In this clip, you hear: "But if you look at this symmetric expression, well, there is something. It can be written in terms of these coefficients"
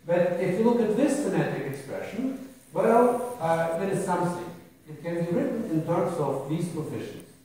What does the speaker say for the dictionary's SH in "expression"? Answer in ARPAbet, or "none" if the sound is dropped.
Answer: SH